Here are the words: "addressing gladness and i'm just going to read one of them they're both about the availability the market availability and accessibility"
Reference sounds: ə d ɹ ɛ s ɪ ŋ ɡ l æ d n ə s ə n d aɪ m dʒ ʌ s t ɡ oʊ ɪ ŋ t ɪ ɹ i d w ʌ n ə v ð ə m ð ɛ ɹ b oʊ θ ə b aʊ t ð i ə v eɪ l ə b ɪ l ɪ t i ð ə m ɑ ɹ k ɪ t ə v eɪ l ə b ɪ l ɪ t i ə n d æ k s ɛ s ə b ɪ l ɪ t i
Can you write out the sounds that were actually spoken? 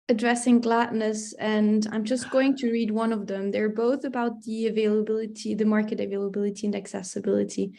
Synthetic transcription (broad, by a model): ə d ɹ ɛ s ɪ ŋ ɡ l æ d n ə s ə n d aɪ m dʒ ʌ s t ɡ oʊ ɪ ŋ t ɪ ɹ i d w ʌ n ə v ð ə m ð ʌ ɹ b oʊ θ ə b aʊ t ð i ə v eɪ l ə b ɪ l ɪ t i ð ə m ɑ ɹ k ɪ t ə v eɪ l ə b ɪ l ɪ t i ə n d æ k s ɛ s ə b ɪ l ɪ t i